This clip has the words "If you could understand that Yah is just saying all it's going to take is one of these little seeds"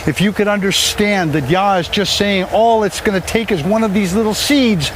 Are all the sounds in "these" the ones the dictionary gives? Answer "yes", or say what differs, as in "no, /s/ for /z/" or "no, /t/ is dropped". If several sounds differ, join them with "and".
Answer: yes